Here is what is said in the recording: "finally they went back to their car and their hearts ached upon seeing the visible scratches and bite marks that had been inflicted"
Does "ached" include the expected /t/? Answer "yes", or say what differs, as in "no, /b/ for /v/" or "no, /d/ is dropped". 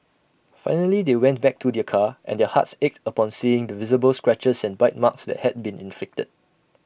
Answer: yes